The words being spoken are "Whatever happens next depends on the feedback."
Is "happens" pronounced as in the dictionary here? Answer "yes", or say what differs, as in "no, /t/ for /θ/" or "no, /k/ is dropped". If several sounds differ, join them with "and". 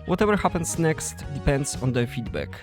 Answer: no, /s/ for /z/